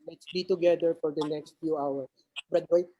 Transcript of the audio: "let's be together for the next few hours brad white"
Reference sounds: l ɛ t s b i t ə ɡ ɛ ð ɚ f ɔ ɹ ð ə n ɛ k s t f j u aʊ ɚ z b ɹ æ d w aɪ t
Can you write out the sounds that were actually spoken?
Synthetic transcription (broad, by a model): l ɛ t s b i t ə ɡ ɛ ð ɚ f ɔ ɹ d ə n ɛ k s t f j u aʊ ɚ s b ɹ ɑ d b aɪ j